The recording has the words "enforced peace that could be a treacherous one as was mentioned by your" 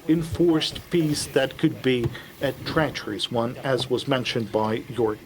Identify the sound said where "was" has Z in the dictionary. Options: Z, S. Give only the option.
Z